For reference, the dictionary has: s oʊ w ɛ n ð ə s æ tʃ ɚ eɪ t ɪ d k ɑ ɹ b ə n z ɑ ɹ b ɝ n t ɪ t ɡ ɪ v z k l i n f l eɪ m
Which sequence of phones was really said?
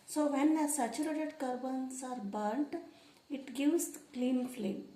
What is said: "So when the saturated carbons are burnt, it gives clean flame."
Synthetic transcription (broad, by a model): s oʊ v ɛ n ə s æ tʃ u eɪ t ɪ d k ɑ ɹ b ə n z ɑ ɹ b ɝ n t ɪ t ɡ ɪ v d k l i n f l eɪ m